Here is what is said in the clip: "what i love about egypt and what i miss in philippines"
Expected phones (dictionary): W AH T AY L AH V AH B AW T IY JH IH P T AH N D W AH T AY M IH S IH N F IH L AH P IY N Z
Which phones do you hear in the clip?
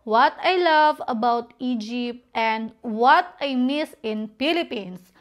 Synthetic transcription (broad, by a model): W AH T AY L AH V AH B AW T IY JH IH P T AH N D W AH T AY M IH S IH N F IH L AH P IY N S